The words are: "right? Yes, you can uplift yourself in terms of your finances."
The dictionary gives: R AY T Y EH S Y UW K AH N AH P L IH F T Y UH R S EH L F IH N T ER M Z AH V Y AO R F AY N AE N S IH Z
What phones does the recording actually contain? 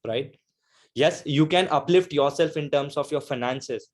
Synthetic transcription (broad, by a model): R AY T Y EH S Y UW K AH N AH P L IH F T Y UH R S EH L F IH N T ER M S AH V Y AO R F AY N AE N S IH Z